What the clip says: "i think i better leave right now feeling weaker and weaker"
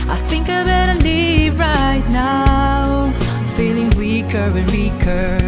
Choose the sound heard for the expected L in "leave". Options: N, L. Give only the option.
N